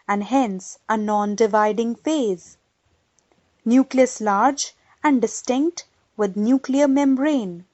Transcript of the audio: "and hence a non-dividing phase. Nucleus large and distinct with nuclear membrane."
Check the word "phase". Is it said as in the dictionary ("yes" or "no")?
yes